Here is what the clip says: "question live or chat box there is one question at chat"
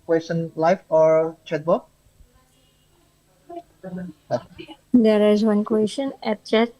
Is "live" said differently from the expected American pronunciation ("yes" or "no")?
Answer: yes